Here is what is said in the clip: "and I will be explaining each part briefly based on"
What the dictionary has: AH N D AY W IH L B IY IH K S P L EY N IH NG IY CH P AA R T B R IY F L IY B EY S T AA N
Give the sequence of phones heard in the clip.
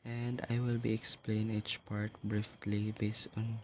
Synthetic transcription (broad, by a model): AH N D AY W IH L B IY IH K S P L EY IH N IY CH P AA R T B R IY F L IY B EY S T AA N